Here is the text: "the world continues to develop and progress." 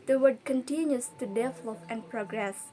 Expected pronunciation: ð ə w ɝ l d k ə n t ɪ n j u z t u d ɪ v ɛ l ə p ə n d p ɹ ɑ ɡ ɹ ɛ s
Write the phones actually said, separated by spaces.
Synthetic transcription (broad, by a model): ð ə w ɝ d k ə n t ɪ n j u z t u d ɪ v l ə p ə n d p ɹ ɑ ɡ ɹ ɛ s